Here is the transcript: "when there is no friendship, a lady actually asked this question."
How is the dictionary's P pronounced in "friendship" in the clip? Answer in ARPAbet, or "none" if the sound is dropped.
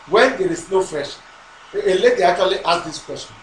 none